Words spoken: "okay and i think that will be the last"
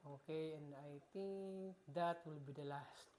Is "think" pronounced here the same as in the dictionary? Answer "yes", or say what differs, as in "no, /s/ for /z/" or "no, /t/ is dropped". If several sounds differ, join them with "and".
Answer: no, /t/ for /θ/